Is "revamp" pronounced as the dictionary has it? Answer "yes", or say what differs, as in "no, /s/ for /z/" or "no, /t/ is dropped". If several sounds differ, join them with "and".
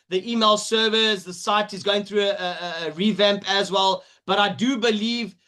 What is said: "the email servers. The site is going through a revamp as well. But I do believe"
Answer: yes